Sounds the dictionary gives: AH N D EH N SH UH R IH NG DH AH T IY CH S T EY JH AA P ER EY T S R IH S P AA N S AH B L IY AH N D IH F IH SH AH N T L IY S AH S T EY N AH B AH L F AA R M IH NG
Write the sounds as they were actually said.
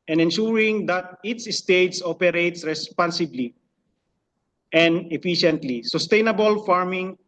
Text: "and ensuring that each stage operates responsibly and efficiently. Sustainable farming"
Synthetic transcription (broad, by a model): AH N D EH N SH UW R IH NG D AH T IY S S T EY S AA P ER EY T S R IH S P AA N S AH B L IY AH N D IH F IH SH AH N T L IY S AH S T EY N AH B AH L F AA R M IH NG